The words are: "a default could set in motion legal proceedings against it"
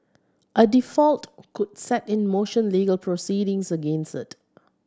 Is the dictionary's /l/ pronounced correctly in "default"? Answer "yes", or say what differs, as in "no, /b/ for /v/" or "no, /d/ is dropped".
yes